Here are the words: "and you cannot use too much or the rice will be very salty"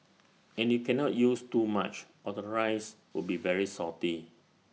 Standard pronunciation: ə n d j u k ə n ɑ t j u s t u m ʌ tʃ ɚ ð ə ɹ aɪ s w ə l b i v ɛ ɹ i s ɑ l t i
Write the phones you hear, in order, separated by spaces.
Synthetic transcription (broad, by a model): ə n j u k ə n ɑ t j u s t u m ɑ tʃ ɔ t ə ɹ aɪ s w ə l b i v ɛ ɹ i s ɑ t i